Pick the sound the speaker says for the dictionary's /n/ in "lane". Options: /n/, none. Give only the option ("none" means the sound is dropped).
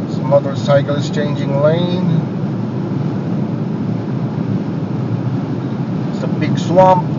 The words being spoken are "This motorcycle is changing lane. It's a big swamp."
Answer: none